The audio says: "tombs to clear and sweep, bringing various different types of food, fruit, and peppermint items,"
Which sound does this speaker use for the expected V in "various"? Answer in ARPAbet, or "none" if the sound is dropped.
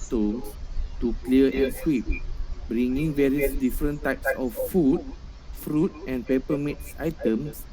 V